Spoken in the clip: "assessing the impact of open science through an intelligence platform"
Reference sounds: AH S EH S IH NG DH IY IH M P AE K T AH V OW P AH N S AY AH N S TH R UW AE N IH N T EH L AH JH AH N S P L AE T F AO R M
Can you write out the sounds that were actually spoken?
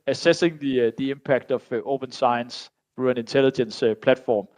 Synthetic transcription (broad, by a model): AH S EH S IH NG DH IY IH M P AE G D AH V OW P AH N S AY AH N S TH R UW AE N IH N S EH L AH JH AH N S P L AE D F AO M